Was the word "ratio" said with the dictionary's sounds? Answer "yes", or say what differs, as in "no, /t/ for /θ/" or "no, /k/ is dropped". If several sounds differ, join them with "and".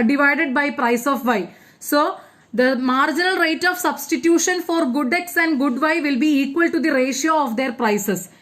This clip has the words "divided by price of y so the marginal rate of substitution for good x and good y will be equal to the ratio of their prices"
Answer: yes